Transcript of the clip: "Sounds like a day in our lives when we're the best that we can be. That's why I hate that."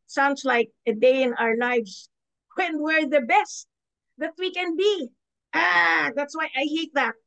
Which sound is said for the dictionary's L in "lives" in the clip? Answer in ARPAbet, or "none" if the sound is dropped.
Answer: N